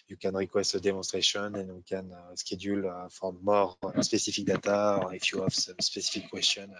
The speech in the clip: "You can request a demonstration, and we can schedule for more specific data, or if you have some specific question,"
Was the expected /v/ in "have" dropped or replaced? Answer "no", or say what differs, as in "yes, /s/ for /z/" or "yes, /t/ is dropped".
yes, /f/ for /v/